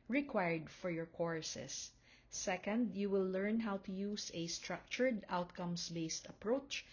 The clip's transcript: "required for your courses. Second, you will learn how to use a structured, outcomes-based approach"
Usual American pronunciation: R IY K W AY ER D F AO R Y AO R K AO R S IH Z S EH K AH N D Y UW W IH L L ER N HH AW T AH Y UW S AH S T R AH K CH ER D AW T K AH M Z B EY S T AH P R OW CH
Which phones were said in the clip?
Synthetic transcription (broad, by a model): R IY K W AY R D F AO R Y AO R K AO R S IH S EH K AH N D Y UW W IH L L ER N HH AW T AH Y UW S AH S T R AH K CH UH D AW T K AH M S B EY S T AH P R OW CH